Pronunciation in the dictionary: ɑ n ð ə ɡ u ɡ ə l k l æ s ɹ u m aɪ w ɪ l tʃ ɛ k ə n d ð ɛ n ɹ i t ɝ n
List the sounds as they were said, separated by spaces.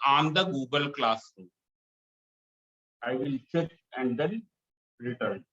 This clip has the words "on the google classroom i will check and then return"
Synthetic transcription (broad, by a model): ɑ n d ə ɡ u ɡ ə l k l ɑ s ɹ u aɪ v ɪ l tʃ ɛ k ə n d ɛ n ɹ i t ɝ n